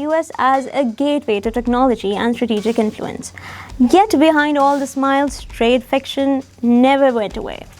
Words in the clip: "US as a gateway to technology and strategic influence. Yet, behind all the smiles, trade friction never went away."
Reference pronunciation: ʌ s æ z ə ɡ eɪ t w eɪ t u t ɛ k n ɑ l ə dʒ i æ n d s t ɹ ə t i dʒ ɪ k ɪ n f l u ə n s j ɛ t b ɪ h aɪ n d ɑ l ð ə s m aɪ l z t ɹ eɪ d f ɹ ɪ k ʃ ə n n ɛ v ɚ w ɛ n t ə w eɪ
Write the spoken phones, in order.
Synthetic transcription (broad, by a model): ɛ s æ z ə ɡ eɪ t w eɪ t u t ɛ k n ɑ l ə dʒ i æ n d s t ɹ ə t i dʒ ɪ k ɪ n f l u ə n s j ɛ t b ɪ h aɪ n d ɑ l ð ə s m aɪ l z t ɹ eɪ d f ɪ k ʃ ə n n ɛ v ɚ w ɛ n t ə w eɪ